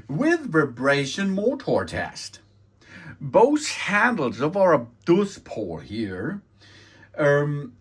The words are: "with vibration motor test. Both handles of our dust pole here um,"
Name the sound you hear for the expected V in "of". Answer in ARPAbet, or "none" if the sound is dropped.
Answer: V